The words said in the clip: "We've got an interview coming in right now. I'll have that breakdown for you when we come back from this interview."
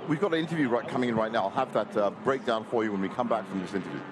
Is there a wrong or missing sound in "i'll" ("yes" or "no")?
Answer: no